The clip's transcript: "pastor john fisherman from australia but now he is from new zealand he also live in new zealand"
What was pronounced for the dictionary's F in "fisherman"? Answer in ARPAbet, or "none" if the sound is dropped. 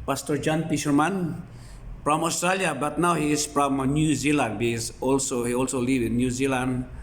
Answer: P